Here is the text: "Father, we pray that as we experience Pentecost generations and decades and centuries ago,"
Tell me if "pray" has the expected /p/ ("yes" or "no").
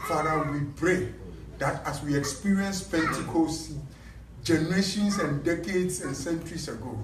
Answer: no